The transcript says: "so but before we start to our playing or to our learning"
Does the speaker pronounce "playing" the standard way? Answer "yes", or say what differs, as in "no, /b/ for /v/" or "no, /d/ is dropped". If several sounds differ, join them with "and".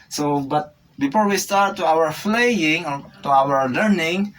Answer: no, /f/ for /p/